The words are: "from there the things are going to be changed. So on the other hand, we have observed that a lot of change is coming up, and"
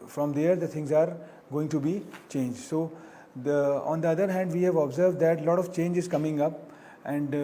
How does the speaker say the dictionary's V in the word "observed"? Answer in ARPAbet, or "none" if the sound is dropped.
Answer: V